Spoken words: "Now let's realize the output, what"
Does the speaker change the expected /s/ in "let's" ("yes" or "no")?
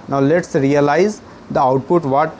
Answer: no